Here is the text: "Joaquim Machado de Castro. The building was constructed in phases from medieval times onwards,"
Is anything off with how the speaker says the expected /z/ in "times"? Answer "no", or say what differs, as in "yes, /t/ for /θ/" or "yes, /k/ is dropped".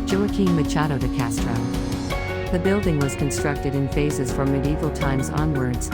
no